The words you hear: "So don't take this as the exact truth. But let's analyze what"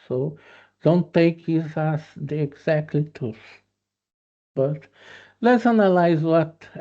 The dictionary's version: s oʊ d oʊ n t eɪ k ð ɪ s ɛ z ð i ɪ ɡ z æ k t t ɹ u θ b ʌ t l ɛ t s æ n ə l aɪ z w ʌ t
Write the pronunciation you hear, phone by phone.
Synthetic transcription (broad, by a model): s oʊ d oʊ n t eɪ k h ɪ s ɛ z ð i ɪ ɡ z æ k t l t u s b ʌ t l ɛ t s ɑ n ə l aɪ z w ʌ t